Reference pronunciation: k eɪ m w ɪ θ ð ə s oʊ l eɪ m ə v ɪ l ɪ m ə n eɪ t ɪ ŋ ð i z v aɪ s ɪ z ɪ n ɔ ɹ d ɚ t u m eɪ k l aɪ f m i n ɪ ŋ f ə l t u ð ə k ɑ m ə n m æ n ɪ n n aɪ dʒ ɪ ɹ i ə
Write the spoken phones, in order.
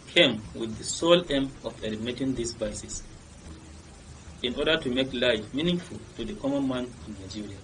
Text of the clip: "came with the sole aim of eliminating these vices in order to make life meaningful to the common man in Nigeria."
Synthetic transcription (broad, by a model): k eɪ m w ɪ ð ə s oʊ l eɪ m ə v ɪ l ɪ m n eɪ t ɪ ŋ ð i s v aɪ s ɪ s ɪ n ɔ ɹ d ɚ t u m eɪ k l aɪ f m i n ɪ ŋ f ə l t u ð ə k ɑ m ə n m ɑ n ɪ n n aɪ dʒ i ɹ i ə